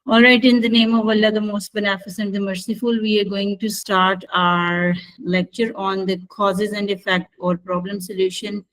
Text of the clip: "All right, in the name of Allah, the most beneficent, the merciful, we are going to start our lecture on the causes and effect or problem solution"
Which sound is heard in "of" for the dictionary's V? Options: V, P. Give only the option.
V